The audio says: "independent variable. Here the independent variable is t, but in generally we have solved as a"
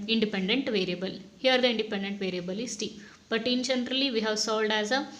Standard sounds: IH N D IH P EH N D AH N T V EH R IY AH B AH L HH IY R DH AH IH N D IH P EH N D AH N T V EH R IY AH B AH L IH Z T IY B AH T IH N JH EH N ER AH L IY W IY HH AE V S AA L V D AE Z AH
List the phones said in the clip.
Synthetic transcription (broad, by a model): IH N D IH P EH N D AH N T V EH R IY AH B AH L HH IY R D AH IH N D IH P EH N D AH N T V EH R IY AH B AH L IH S T IY B AH T IH N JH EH N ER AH L IY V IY HH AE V S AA L D AE Z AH